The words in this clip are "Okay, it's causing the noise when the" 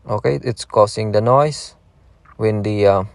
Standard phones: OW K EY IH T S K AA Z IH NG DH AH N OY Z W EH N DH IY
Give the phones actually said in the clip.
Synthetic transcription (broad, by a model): OW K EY IH T S K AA S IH NG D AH N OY S W EH N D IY